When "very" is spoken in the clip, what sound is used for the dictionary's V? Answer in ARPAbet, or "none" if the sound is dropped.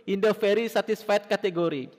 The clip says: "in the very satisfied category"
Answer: F